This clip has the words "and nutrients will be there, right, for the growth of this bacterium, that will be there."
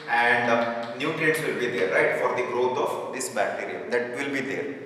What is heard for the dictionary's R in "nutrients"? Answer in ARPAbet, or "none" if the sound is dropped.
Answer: none